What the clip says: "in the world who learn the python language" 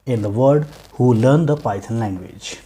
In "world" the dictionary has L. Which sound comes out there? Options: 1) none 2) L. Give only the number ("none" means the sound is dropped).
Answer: 1